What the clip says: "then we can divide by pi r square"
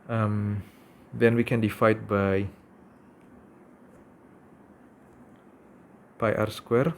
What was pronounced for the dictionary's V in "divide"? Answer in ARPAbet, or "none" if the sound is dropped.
F